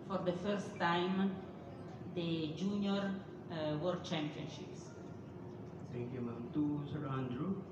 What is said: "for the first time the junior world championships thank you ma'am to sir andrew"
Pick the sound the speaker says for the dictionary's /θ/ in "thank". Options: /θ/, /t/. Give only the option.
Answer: /t/